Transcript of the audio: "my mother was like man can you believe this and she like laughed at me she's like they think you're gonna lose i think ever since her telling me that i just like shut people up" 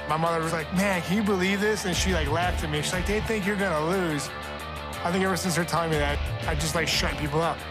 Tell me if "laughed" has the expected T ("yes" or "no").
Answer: yes